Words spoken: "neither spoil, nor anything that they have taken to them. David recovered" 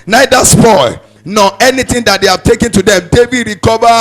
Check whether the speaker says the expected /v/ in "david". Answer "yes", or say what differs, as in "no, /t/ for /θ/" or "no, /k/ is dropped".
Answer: no, /b/ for /v/